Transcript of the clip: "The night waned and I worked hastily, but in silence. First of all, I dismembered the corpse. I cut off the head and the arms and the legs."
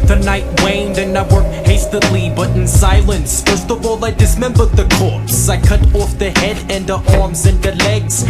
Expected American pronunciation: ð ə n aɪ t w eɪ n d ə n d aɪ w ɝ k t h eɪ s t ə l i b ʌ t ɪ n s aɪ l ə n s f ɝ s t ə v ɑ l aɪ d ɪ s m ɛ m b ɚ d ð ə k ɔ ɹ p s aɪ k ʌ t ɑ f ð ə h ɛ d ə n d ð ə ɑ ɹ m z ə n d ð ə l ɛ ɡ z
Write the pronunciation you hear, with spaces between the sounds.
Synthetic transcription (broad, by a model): ð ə n aɪ t w eɪ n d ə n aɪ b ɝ h eɪ s t ə l i b ʌ t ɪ n s aɪ l ə n s f ɝ s t ə v ɑ l aɪ d ɪ s m ɛ m b ɚ d ð ə k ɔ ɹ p s aɪ k ʌ t ɑ f ð ə h ɛ d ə n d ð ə ɑ ɹ m z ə n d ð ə l ɛ ɡ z